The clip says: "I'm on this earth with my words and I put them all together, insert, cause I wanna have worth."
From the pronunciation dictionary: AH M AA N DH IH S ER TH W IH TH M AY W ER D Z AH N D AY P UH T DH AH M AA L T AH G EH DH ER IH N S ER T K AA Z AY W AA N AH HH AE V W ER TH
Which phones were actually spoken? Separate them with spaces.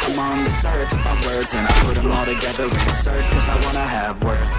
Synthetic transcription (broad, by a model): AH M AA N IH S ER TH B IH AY W ER D Z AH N AY P UH T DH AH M AA L T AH G EH DH ER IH S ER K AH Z AY W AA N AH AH V W ER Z